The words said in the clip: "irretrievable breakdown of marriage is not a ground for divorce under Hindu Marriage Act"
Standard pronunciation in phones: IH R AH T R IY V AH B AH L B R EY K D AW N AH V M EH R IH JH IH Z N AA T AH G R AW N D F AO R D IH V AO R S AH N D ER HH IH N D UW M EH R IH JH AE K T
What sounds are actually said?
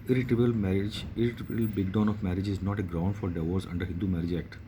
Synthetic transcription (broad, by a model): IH R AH T R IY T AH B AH L B EY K D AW N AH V M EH R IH JH IH Z N AA T AH G R AW N D F AO R D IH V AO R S AH N D ER HH IH N D UW M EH R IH JH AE K T